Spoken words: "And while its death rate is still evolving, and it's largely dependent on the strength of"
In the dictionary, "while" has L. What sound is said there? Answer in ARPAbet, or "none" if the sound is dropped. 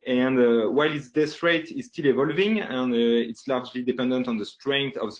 L